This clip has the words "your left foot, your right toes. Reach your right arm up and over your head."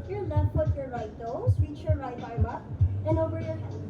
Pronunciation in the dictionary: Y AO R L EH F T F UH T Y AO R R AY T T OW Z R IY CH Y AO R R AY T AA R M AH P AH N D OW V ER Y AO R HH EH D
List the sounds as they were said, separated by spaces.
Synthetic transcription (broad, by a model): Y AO R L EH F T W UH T Y AO R R AY T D OW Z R IY CH Y AO R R AY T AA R AH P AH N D OW V ER Y AO R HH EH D